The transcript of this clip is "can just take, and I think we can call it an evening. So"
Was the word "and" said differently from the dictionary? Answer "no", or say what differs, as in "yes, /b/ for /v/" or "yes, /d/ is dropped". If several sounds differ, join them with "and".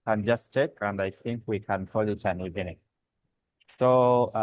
no